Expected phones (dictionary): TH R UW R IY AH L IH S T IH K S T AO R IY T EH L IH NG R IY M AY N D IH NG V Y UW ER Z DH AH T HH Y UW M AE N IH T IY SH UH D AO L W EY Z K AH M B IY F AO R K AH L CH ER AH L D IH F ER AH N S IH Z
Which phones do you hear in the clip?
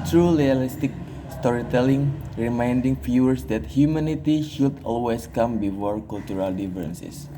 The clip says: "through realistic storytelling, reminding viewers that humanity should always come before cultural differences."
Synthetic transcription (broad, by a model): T R UW L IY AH L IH S T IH K S T AO R IY T EH L IH NG R IY M AY N D IH NG F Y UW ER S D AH T HH Y UW M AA N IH T IY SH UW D AO L W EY S K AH M B IY F AO R K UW L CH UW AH L D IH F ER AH N S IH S